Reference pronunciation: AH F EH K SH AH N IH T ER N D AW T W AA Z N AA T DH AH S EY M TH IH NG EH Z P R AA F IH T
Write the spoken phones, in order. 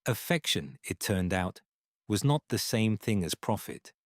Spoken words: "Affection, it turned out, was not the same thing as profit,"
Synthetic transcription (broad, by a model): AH F EH K SH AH N IH T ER N D AW T W AA Z N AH T DH AH S EY M TH IH NG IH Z P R AA F IH T